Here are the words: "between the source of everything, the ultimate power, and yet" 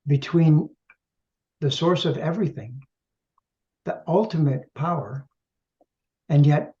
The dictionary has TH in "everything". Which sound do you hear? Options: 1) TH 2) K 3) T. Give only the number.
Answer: 1